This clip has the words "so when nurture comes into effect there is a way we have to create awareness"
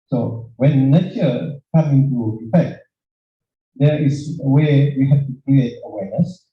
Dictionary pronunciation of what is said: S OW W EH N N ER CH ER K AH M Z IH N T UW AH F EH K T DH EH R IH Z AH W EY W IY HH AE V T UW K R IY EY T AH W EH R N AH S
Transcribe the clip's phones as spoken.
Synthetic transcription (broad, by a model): S OW W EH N N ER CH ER K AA M IH N T UW AH F EH K T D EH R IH S AH W EY W IY HH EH F T UW K R IY EY T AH W EH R N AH S